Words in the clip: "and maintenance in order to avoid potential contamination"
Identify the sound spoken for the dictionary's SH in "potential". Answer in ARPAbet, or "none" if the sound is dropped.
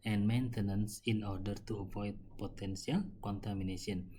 S